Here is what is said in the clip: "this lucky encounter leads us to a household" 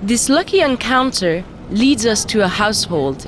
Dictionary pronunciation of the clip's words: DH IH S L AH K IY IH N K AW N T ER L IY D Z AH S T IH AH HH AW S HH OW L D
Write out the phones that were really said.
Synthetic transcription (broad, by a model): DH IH S L AH K IY IH N K AW N T ER L IY D Z AH S T IH AH HH AW S HH OW L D